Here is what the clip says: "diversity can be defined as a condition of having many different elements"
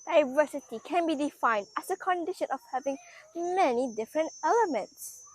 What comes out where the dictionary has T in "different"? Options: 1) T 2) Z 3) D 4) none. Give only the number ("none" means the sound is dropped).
1